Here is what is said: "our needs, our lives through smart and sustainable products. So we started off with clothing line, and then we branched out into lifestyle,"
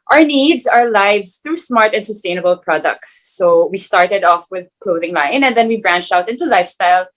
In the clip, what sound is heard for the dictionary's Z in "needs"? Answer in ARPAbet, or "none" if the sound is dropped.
Z